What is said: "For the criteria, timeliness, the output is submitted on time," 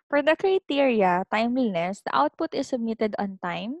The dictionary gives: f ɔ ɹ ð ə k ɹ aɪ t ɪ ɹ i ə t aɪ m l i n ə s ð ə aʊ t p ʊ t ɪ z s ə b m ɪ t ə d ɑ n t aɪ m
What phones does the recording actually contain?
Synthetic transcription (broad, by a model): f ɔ ɹ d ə k ɹ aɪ t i ɹ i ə t aɪ m w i n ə s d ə aʊ t p ʊ t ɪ s ə b m ɪ t ə d ɑ n t aɪ m